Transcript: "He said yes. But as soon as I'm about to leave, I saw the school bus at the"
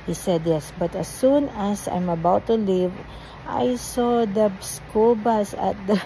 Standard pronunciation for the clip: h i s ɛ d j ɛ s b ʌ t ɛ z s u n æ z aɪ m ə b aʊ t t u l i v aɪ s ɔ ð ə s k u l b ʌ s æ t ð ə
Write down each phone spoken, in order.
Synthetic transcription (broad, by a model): h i s ɛ d j ɛ s b ʌ t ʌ s u n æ s aɪ m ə b aʊ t t u l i v aɪ s ɔ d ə s k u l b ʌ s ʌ t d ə